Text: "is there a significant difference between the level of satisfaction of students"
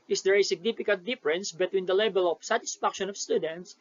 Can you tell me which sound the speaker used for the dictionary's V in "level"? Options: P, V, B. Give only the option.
B